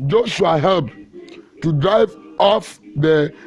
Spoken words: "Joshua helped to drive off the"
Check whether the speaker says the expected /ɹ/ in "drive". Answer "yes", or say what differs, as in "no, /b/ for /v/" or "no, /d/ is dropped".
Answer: yes